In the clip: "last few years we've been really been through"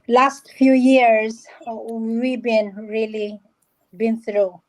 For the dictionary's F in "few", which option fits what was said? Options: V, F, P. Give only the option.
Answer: F